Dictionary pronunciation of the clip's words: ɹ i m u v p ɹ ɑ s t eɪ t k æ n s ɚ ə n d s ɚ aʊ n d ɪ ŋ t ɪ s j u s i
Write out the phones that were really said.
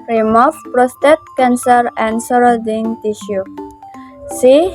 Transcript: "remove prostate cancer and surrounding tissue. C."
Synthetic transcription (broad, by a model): ɹ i m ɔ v p ɹ ɑ s t eɪ t k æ n s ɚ ə n d s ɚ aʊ d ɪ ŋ t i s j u s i